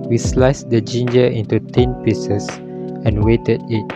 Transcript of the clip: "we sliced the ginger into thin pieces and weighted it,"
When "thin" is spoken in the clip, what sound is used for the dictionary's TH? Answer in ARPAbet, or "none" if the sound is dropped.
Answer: T